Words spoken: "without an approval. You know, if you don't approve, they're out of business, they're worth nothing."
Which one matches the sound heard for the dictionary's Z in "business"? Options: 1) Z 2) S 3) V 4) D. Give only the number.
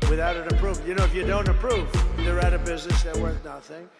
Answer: 1